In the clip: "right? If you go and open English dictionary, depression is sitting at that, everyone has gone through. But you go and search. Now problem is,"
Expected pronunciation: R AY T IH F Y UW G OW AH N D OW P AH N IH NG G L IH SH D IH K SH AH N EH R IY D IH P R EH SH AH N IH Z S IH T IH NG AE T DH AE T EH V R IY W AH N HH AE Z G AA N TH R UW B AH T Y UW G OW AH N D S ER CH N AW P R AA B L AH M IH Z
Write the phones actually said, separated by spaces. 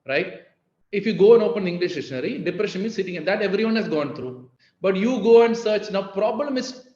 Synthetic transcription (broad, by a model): R AY T IH F Y UW G OW AH N D OW P AH N IH NG G L IH SH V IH SH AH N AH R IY D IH P R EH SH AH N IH S IH T IH NG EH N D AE T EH V R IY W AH N HH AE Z G AA N T R UW B AH T Y UW G OW AH N D S ER CH N AW P R AA B L AH M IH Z